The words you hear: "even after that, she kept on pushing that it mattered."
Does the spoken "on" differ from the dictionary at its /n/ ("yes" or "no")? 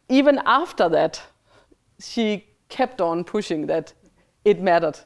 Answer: no